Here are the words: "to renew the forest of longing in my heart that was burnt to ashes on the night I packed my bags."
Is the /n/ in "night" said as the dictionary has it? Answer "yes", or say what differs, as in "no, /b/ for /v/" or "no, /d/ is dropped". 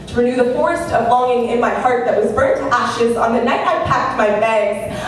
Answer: yes